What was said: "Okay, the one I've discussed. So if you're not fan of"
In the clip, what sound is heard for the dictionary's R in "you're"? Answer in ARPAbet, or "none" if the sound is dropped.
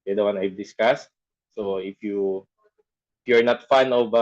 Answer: R